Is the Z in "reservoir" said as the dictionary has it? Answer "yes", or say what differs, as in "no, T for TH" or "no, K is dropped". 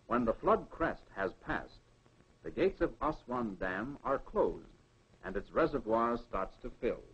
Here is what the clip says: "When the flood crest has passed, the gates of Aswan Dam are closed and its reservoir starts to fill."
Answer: yes